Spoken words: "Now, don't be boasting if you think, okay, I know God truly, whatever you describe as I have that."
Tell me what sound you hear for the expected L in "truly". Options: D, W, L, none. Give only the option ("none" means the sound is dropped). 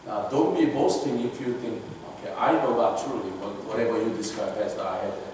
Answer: W